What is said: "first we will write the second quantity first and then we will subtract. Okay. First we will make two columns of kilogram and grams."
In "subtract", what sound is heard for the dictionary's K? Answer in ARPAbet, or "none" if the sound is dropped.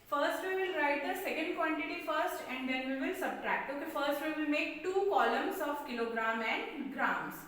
K